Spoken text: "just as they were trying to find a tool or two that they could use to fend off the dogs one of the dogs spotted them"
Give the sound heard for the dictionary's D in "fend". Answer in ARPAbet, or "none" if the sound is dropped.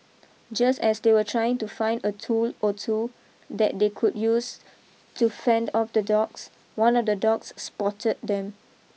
D